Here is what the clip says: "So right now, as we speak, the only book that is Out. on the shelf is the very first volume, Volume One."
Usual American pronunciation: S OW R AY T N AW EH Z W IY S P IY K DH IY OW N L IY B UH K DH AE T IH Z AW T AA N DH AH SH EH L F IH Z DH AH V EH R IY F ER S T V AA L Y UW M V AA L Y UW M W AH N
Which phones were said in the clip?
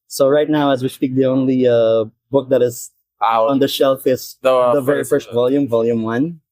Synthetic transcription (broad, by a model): S OW R AY T N AW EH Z W IY S P IY K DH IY OW N L IY B UH K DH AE T IH Z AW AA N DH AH SH EH L F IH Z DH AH V EH R IY F ER S T V AA L Y UW M V AA L Y UW M W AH N